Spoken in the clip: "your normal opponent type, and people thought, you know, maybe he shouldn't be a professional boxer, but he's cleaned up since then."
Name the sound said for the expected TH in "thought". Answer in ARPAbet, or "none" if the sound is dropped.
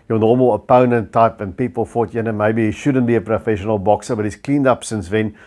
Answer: F